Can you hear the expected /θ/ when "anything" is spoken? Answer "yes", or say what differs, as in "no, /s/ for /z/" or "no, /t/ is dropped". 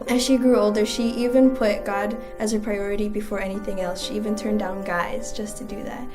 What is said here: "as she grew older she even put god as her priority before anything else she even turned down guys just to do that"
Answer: yes